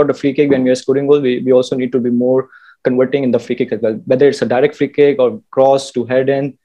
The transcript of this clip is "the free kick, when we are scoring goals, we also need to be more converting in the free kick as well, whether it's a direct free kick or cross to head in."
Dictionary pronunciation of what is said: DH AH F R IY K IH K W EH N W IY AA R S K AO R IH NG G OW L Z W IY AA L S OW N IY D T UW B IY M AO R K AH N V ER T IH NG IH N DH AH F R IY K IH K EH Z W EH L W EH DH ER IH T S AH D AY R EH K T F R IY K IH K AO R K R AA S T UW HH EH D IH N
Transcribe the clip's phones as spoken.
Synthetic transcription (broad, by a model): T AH F R IY K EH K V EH N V IY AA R S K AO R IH NG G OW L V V IY AA L S OW N IY D T UW B IY M AO R K AH N V ER T IH NG IH N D AH F R IY K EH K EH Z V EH L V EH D ER IH T S AH D AY R EH K T F R IY K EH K AO R K R AA S T UW HH EH D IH N